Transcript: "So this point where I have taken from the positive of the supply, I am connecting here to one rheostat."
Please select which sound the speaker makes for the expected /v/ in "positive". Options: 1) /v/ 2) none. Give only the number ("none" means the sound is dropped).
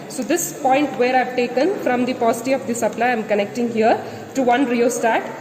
2